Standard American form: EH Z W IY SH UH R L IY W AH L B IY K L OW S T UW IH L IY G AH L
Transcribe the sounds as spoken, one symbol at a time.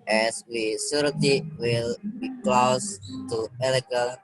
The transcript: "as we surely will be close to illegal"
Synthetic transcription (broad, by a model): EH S W IY S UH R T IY W AH L B IY K L OW S T UW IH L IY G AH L